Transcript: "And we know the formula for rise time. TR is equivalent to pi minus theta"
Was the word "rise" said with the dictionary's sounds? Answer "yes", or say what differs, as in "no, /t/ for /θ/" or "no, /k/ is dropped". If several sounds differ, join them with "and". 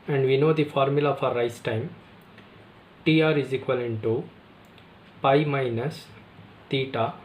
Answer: no, /s/ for /z/